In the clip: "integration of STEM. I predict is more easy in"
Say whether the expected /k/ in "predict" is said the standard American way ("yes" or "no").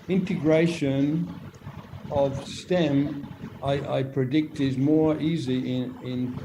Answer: yes